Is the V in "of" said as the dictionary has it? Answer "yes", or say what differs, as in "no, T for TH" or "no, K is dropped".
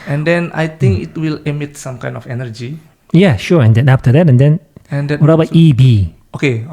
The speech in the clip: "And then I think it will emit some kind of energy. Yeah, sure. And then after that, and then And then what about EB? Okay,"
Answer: no, F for V